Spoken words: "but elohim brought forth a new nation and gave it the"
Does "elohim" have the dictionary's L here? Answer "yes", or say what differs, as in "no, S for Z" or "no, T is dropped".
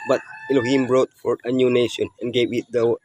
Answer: no, N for L